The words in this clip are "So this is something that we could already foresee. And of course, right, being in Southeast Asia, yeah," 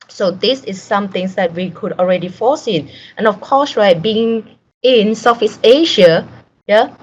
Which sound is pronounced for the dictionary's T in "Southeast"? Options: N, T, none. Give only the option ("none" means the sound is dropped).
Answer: none